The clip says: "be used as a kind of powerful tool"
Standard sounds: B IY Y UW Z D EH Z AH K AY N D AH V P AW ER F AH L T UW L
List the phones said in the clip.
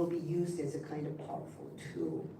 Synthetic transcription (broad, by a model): B IY Y UW Z D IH Z AH K AY N D AH V P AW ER F L T UW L